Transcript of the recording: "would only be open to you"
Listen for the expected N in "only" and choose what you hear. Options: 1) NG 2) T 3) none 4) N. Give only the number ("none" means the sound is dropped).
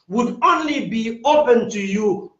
4